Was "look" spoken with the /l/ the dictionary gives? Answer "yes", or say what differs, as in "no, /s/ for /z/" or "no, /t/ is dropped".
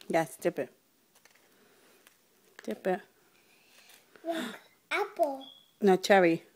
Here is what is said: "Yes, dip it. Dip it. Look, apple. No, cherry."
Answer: no, /w/ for /l/